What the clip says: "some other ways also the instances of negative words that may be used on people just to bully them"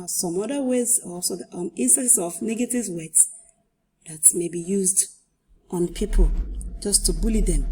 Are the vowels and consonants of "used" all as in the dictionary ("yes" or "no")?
yes